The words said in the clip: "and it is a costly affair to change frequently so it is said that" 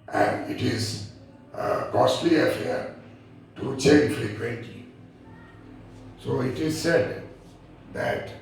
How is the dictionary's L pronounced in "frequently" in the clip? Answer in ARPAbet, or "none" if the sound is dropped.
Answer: none